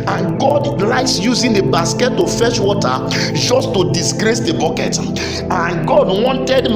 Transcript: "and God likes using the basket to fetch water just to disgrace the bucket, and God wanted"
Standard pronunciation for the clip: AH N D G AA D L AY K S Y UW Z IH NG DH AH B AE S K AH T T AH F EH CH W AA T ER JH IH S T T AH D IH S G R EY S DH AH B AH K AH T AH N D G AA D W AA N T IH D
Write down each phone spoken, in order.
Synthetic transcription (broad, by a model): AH N G AA D L AY S Y UW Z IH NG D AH B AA S K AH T T AH F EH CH W AA T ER JH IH S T T AH D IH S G R EY S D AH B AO K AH T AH N G AA D W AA N T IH D